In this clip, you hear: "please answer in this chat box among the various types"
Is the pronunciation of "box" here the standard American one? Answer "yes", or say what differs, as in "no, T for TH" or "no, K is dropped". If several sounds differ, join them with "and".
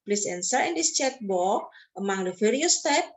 no, S is dropped